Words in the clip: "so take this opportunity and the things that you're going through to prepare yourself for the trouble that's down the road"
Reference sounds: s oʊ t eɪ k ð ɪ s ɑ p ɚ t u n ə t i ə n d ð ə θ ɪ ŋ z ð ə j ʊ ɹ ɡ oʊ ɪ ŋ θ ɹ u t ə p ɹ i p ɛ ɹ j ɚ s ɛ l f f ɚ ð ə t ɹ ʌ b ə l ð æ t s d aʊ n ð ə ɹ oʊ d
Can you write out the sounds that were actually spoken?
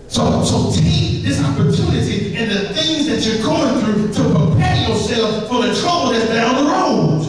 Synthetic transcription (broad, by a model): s oʊ s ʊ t ð ɪ s ɑ p ɚ t u n ə t i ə n ð ə θ ɪ ŋ z ð ə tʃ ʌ ɹ ɡ oʊ ɪ ŋ θ ɹ u t ə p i p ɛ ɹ j ɚ s ɛ l f f ɚ ð ə t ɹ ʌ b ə l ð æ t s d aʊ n ð ə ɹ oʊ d